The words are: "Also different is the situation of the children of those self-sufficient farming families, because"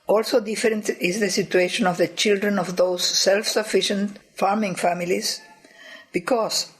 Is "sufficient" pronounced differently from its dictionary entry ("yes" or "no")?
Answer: no